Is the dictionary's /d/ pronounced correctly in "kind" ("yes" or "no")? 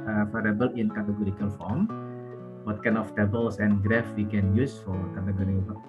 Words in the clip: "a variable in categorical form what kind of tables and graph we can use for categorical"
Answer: no